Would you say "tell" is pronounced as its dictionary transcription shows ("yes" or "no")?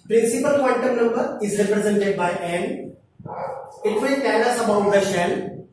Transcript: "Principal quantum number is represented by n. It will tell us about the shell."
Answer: no